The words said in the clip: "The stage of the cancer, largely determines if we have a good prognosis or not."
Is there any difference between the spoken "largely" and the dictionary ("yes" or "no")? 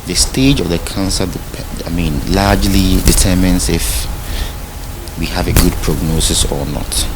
yes